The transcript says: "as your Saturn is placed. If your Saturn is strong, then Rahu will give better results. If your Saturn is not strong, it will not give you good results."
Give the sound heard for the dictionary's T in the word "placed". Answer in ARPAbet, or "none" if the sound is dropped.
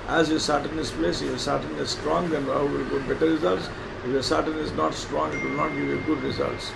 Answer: none